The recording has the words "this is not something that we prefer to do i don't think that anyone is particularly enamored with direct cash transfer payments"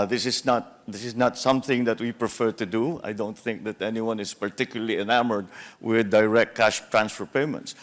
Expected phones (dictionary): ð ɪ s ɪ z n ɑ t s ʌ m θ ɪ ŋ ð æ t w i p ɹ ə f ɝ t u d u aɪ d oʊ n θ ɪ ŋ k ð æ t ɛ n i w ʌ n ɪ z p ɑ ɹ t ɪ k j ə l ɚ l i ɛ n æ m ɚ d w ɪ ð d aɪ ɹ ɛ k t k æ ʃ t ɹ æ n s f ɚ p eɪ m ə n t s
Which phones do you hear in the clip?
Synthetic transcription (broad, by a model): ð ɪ s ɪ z n ɑ t s ʌ m θ ɪ ŋ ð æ t w i p ɹ ə f ɝ t u d u aɪ d oʊ n θ ɪ ŋ k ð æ t ɛ n i w ʌ n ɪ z p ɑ ɹ t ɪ k j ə l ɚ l i ɛ n æ m ɚ d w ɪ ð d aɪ ɹ ɛ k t k æ ʃ t ɹ æ n s f ɚ p eɪ m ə n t s